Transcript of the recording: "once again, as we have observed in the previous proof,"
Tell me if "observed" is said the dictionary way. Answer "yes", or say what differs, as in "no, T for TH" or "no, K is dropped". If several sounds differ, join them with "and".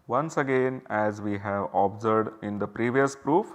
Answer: no, V is dropped